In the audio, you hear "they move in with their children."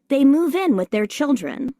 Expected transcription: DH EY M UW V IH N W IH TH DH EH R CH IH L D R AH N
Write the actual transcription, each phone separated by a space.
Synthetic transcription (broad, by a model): DH EY M UW V IH N W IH DH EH R CH IH L D R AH N